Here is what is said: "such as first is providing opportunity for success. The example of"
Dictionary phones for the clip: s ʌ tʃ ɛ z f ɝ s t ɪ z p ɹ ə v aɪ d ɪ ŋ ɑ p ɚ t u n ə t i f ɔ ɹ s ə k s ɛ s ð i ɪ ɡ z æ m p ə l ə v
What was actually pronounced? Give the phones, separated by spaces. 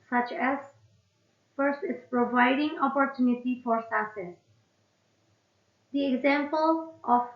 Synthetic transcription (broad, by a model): s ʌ tʃ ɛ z f ɝ s t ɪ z p ɹ ə v aɪ d ɪ ŋ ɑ p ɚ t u n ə t i f ɔ ɹ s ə s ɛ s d i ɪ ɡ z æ m p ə l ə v